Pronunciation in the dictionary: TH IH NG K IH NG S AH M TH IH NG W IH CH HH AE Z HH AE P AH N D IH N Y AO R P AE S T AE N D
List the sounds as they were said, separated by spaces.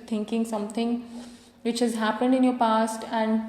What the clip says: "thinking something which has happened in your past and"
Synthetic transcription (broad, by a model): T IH NG K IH NG S AH M T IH NG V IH CH HH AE Z HH AE P AH N D IH N Y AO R P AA S T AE N D